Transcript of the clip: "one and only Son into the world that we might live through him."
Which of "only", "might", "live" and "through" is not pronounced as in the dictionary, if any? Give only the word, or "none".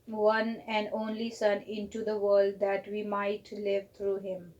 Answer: through